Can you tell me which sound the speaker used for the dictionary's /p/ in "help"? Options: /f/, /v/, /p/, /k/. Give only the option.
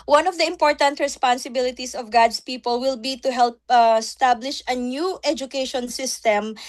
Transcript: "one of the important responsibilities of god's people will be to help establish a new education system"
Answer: /p/